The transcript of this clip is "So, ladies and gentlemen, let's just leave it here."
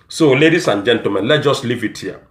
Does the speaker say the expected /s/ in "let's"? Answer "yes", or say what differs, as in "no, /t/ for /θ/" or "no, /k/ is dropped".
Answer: no, /s/ is dropped